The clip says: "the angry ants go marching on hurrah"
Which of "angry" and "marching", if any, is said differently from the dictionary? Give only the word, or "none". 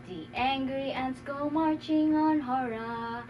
none